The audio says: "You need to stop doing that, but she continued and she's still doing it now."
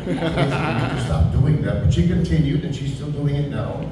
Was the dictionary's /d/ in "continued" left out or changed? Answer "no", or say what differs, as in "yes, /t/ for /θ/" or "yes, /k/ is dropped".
yes, /d/ is dropped